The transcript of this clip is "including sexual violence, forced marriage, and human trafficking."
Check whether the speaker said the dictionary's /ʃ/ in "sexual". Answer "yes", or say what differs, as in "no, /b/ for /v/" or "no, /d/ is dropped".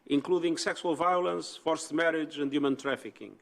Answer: no, /s/ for /ʃ/